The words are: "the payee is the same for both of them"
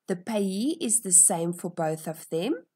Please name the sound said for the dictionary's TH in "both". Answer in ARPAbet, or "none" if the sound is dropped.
TH